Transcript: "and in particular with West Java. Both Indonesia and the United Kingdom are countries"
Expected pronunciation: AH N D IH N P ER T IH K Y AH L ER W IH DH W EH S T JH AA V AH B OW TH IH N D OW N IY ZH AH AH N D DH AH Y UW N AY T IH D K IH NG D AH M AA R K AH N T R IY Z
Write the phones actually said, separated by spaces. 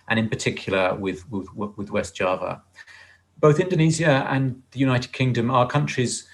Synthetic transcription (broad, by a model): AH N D IH N P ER T IH K Y AH W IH W IH DH W EH S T JH AA V AH B OW TH IH N D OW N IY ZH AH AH N DH AH Y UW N AY T IH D K IH NG D AH M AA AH K AH N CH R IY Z